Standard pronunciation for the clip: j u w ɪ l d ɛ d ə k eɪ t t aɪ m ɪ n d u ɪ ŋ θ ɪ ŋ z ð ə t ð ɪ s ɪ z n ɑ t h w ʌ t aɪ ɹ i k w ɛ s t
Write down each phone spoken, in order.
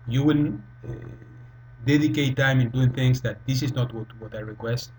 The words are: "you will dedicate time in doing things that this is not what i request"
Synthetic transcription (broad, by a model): j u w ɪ n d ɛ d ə k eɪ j t aɪ m ɪ n d u ɪ ŋ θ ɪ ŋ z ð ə t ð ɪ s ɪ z n ɑ t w w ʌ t aɪ ɹ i k w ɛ s t